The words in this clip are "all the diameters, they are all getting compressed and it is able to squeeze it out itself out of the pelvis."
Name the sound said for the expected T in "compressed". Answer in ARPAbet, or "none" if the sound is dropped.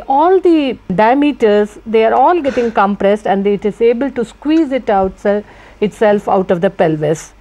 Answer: T